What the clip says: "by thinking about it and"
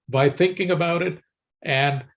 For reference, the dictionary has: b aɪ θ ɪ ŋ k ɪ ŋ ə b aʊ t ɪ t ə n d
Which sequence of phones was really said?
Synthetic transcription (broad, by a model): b aɪ θ ɪ ŋ k ɪ ŋ ə b aʊ t ɪ t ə n